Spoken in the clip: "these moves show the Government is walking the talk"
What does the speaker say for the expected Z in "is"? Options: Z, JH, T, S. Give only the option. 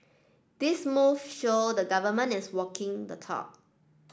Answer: S